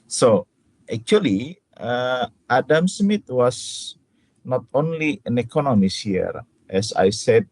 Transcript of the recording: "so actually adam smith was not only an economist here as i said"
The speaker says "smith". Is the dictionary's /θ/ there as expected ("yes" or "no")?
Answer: no